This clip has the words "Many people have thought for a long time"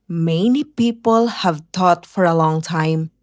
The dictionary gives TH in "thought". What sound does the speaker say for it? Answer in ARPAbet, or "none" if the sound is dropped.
T